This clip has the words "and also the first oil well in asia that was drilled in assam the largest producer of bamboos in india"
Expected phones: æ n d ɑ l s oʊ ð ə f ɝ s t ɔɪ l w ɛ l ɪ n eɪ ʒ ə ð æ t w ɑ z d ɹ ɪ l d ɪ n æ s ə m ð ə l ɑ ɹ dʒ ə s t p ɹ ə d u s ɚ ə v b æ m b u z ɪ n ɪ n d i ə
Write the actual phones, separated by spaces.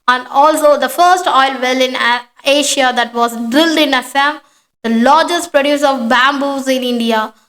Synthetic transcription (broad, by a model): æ n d ɑ l s oʊ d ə f ɝ s t ɔɪ l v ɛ l ɪ n eɪ ʃ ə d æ t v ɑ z d ɹ ɪ l d ɪ n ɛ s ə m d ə l ɑ ɹ dʒ ə s t p ɹ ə d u s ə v b æ m b u z ɪ n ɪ n d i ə